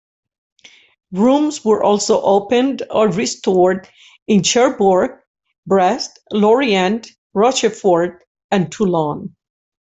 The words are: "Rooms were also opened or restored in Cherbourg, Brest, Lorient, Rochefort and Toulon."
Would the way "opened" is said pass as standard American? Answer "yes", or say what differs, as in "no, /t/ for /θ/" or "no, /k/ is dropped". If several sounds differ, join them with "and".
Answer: yes